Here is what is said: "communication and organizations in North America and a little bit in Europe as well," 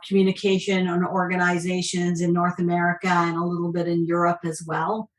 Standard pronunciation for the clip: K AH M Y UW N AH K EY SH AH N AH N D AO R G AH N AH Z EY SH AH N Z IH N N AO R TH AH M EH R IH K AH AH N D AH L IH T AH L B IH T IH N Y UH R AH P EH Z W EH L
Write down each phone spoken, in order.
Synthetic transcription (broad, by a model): K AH M Y UW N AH K EY SH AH N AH N AO R G AH N AH Z EY SH AH N Z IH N N AO R TH AH M EH R IH K AH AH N AH L IH T L B IH T IH N Y UH R AH P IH Z W EH L